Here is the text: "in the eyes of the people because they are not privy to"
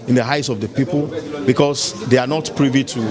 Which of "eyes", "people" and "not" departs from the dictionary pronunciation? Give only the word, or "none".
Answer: eyes